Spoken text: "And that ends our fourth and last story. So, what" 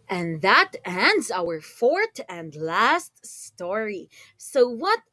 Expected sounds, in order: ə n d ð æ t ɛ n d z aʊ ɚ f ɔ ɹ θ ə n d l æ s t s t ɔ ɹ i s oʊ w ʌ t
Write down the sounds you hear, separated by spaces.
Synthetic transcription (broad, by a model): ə n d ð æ t ɛ n d z aʊ ɚ f ɔ ɹ θ ə n d l æ s t s t ɔ ɹ i s oʊ w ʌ t